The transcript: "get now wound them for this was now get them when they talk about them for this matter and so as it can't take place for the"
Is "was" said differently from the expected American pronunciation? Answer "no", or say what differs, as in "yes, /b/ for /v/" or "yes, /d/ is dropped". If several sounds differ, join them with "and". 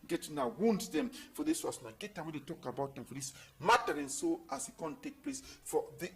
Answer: yes, /s/ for /z/